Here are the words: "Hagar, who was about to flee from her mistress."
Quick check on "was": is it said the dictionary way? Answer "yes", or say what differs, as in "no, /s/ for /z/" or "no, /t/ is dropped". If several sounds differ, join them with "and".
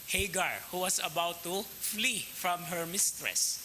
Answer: no, /s/ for /z/